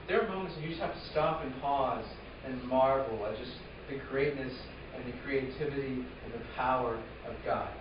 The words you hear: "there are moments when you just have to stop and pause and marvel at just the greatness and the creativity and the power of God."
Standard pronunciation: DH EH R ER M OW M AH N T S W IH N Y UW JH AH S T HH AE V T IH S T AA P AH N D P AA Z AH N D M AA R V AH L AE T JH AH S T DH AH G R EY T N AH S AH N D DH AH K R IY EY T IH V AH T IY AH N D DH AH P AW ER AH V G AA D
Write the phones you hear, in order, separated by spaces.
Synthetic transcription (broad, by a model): DH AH R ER M OW M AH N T S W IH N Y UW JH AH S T HH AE F T IH S T AA P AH N P AA Z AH N M AA R V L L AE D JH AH S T DH AH G R EY T N AH S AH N DH AH K R IY EY T IH V AH T IY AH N DH AH P AW ER AH V G AA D